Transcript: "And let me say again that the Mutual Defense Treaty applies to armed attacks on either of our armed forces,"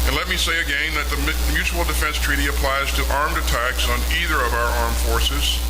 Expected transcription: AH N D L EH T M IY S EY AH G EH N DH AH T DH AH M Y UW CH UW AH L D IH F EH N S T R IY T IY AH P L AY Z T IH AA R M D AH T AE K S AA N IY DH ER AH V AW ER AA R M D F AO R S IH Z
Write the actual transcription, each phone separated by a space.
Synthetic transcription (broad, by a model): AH N L EH T M IY S EY AH G EH N DH AH T DH AH M Y UW CH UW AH L D IH F EH N S T R IY T IY AH P L AY Z T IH AA R M D AH T AE K S N IY DH ER AH V AW ER AA R M F AO R S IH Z